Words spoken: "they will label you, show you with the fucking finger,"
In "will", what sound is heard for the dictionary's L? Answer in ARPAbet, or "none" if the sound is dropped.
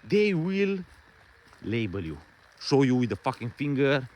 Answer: L